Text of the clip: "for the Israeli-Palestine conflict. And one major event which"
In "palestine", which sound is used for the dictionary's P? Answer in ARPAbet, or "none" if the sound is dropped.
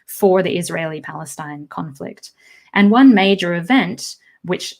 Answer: P